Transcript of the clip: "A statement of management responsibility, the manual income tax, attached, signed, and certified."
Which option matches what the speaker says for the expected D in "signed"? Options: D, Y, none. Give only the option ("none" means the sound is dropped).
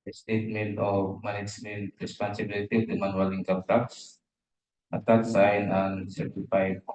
none